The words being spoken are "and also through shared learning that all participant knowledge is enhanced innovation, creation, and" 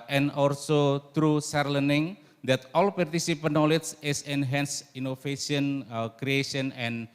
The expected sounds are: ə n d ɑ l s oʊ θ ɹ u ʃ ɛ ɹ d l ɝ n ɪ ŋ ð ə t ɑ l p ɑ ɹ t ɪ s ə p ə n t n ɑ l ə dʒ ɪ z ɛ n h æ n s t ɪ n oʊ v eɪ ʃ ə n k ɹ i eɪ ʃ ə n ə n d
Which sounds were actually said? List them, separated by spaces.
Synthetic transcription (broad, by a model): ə n ɑ l s oʊ t ɹ u s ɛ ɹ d l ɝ n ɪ ŋ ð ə t ɑ l p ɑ ɹ t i s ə p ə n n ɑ l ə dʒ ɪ s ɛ n h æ n s i n oʊ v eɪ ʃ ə n k ɹ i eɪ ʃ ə n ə n